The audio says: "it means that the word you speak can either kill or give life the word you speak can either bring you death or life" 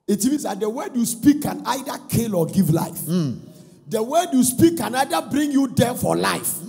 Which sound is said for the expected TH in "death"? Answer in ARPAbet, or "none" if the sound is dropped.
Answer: F